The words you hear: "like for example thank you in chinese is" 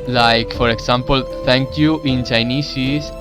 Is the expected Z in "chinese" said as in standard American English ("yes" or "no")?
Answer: no